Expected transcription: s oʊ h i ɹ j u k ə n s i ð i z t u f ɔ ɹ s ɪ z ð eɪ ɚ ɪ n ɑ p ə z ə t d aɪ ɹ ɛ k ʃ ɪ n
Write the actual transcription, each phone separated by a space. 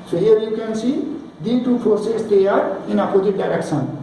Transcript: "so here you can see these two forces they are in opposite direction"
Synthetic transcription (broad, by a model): s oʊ h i ɹ j u k ə n s i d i t u p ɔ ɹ s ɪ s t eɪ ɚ ɪ n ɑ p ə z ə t d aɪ ɹ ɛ k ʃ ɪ n